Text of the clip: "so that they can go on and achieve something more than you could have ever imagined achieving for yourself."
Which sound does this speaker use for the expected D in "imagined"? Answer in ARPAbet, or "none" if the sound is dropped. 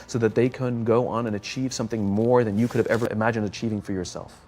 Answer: D